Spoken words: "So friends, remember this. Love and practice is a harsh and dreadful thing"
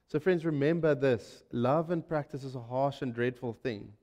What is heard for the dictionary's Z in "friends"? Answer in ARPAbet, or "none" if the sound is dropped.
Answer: Z